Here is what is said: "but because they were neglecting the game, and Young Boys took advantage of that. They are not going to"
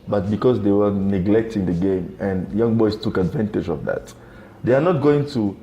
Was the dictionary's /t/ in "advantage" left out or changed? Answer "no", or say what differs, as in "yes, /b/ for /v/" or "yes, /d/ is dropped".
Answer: no